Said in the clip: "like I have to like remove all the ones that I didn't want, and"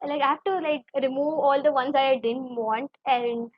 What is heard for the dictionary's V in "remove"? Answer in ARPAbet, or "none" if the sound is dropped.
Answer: V